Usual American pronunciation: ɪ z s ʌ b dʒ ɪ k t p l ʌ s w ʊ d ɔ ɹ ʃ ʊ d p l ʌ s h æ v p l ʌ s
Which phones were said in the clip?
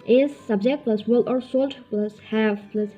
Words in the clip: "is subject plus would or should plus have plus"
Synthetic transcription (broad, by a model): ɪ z s ʌ b dʒ ɪ k t p l ʌ s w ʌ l ɔ ɹ s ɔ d p l ʌ s h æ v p l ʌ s